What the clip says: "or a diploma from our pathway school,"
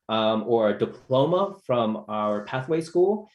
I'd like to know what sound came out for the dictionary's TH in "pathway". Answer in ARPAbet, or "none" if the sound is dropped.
TH